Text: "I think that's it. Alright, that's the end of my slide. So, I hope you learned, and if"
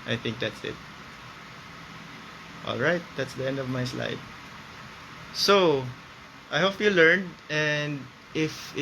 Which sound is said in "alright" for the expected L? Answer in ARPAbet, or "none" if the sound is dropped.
L